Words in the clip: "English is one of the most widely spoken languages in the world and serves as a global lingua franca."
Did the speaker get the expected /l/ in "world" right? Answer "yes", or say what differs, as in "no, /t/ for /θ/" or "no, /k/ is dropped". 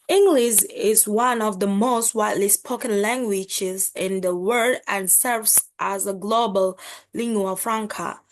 no, /l/ is dropped